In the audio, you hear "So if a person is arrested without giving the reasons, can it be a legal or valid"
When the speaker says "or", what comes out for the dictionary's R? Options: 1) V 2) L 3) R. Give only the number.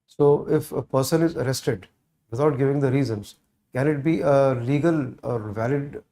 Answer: 3